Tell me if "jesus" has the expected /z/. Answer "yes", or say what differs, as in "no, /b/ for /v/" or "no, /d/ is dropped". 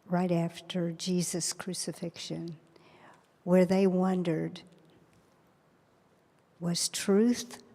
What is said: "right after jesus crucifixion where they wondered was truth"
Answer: yes